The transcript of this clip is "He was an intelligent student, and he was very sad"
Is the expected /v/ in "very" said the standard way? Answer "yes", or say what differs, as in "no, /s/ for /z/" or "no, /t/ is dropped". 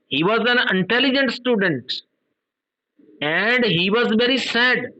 yes